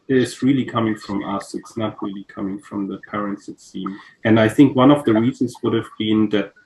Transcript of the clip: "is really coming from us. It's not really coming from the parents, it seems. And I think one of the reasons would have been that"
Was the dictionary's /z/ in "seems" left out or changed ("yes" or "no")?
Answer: yes